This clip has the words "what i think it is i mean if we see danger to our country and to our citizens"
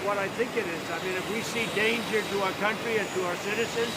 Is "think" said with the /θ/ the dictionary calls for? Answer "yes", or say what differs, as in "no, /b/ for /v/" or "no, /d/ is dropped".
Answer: yes